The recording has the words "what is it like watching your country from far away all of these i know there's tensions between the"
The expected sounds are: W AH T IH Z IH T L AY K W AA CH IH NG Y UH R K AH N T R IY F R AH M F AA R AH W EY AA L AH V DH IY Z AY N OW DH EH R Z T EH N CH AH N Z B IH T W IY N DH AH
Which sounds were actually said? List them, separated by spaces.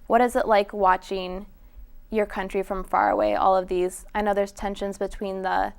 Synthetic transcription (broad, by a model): W AH T IH Z IH T L AY K W AA CH IH NG Y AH R K AH N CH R IY F R AH M F AA R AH W EY AA L AH V DH IY Z AY N OW DH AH R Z T EH N SH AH N Z B IH T W IY N DH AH